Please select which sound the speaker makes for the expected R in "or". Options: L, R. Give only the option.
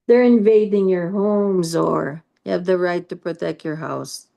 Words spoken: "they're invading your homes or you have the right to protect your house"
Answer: R